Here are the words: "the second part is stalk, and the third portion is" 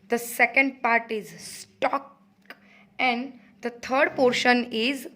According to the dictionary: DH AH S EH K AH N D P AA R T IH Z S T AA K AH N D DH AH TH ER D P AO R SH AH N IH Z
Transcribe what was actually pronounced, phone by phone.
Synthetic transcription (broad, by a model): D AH S EH K AH N D P AA R T IH Z S T AA K AH N D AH T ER D P AO R SH AH N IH Z